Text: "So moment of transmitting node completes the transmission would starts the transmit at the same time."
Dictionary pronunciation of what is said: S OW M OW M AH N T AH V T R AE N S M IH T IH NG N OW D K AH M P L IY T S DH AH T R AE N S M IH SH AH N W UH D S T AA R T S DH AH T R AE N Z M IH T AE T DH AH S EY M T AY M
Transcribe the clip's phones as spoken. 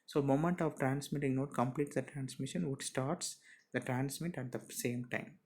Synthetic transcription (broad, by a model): S OW M OW M AH N T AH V T R AE N S M IH T IH NG N OW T K AH M P L IY T S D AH T R AE N S M IH SH AH N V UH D S T AA R T S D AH T R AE N S M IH T AE T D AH S EY M T AY M